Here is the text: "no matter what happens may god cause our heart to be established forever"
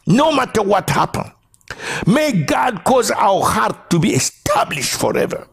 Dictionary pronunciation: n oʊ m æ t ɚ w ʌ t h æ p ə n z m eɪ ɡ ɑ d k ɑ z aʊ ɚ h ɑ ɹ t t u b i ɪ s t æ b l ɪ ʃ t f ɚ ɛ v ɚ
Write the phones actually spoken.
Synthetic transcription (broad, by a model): n oʊ m æ t ɚ w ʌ t h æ p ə n m eɪ ɡ ɑ d k ɑ z aʊ ɚ h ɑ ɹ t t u b i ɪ s t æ b l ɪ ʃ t f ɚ ɛ v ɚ